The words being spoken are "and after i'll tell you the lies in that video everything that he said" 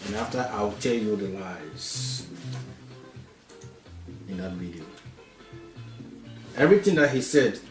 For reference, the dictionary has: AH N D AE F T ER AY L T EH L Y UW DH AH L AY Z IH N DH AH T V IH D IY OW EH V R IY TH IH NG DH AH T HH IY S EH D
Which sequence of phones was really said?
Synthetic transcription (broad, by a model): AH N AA F T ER AY W T EH L Y UW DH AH L AY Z IH N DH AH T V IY D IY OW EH V R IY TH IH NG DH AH T HH IY S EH D